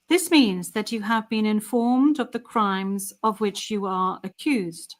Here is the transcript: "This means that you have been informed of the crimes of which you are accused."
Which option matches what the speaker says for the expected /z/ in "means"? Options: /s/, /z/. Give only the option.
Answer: /z/